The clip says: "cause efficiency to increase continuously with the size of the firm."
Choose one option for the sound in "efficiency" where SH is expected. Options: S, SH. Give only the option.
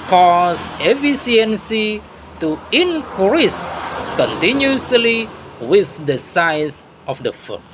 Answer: S